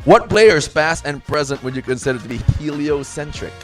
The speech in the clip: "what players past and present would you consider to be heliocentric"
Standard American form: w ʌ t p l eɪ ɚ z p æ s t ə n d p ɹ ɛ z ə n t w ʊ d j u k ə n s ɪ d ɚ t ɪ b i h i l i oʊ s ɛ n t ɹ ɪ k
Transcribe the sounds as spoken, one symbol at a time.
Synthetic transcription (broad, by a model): w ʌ t b l eɪ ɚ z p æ s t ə n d p ɹ ɛ z ə n t w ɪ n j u k ə n s ɪ d ɚ t ɪ b i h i l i oʊ s ɛ n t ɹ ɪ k